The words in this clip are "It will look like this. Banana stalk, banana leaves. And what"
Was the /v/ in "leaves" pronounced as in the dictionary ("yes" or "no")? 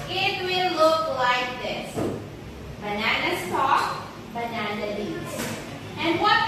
no